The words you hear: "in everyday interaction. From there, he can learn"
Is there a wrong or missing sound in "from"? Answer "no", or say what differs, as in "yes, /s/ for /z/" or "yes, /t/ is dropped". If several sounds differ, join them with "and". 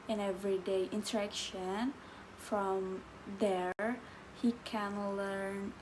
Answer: no